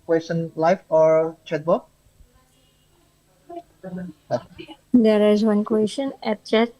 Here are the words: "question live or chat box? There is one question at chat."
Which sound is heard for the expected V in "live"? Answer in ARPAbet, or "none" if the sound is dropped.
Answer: F